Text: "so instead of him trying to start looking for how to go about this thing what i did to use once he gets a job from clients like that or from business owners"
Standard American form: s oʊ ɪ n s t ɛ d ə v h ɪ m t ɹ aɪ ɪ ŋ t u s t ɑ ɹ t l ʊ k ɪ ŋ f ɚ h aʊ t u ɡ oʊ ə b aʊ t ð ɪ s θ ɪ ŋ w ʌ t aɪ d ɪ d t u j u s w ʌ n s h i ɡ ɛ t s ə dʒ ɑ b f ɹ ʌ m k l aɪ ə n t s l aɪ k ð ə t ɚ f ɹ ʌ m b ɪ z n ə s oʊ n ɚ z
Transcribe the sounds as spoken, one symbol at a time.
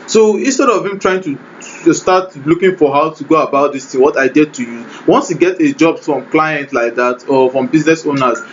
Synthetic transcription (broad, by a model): s oʊ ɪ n s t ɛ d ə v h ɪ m t ɹ aɪ ɪ ŋ t u s t ɑ t l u k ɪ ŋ f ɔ h aʊ t u ɡ oʊ ə b aʊ t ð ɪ s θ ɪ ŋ w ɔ t aɪ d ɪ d t u j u w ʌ n s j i ɡ ɛ t ə dʒ ɑ b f ɹ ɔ m k l aɪ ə n t l aɪ k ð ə t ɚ f ɹ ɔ m b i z n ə s oʊ n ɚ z